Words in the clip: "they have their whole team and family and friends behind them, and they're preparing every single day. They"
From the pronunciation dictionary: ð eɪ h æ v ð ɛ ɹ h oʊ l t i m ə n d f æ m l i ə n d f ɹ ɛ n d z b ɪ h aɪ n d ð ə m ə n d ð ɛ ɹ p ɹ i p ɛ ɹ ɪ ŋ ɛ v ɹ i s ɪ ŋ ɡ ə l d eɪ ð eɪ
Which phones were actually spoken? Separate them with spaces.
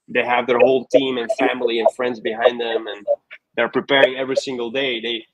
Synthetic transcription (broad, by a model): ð eɪ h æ v ð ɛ ɹ h oʊ l t i m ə n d f æ m l i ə n f ɹ ɛ n d z b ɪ h aɪ n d ð ə m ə n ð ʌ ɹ p ɹ i p ɛ ɹ ɪ ŋ ɛ v ɹ i s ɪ ŋ ɡ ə l d eɪ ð eɪ